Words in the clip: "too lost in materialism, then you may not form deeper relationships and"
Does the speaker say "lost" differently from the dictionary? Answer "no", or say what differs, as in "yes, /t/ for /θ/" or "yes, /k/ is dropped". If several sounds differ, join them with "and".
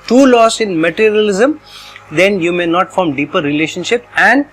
yes, /t/ is dropped